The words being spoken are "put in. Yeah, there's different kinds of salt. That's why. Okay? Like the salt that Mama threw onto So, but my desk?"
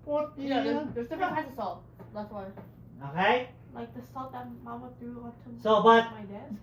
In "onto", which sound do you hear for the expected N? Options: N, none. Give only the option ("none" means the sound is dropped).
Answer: none